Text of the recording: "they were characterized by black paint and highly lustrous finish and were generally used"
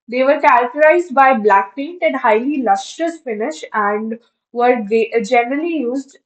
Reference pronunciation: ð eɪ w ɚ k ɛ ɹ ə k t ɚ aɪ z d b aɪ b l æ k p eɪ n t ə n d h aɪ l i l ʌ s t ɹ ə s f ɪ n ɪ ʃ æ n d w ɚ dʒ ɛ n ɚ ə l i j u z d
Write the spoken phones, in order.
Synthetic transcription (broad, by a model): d eɪ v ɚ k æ ɹ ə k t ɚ aɪ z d b aɪ b l æ k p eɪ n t ə n d h aɪ l i l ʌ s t ə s f ɪ n ɪ ʃ æ n d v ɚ dʒ ɛ n ɚ ə l i j u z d